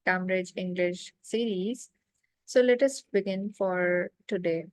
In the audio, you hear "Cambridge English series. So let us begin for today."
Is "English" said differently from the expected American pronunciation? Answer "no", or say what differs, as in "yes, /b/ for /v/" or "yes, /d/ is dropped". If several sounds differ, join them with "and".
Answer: no